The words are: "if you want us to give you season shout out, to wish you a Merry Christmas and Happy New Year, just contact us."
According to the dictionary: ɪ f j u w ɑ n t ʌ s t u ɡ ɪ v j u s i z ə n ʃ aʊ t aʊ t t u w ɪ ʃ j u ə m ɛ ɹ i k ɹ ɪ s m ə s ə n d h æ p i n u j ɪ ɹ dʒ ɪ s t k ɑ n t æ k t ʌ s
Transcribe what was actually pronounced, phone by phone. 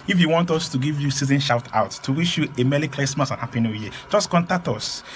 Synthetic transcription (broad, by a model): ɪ f j u w ɑ n t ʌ s t u ɡ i v j u s i z ə n ʃ aʊ t aʊ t t u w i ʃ j u ə m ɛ l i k l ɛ s m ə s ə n h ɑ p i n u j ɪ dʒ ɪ s k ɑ n t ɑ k t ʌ s